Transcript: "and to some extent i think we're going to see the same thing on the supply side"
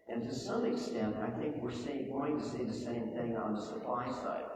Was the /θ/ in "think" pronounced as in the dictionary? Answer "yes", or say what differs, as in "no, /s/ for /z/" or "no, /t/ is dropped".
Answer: yes